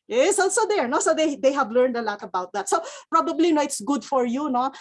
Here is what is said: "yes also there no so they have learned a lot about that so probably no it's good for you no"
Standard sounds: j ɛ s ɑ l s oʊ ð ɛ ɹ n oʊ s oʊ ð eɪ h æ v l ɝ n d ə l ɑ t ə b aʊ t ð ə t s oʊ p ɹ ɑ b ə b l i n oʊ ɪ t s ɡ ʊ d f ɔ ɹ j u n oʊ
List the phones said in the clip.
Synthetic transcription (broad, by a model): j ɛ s ɑ l s oʊ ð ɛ ɹ n oʊ s oʊ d eɪ h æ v l ɝ n d ə l ɑ t ə b aʊ t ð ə t s oʊ p ɹ ɑ b ə b l i n oʊ ɪ t s ɡ ʊ d f ɔ ɹ j u n oʊ